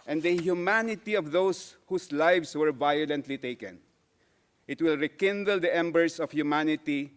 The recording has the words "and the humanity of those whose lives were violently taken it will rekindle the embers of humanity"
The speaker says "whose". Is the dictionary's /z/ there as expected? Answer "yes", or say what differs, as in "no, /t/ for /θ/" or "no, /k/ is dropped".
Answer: no, /s/ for /z/